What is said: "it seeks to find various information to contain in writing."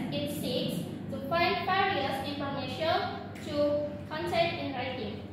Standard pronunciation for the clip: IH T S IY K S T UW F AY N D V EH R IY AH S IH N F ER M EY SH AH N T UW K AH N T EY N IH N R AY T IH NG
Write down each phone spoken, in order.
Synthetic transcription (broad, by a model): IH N S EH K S T UW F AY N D F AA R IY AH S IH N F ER M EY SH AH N T UW K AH N S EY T IH N R AY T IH NG